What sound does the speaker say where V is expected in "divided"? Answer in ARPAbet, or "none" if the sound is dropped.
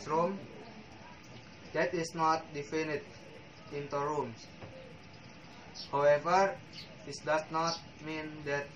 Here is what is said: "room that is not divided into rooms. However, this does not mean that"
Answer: F